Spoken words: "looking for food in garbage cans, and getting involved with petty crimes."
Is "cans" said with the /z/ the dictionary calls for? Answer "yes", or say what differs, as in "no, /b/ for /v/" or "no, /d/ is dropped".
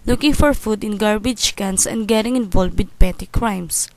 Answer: no, /s/ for /z/